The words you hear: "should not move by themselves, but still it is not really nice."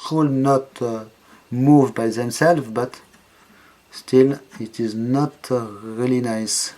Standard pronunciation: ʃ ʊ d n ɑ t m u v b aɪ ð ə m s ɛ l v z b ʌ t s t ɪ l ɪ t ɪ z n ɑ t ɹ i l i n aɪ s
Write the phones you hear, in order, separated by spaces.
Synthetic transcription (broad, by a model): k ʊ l n ɑ t m u v b aɪ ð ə m s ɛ l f b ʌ t s t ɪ l ɪ t ɪ z n ɑ t ɹ i l i n aɪ s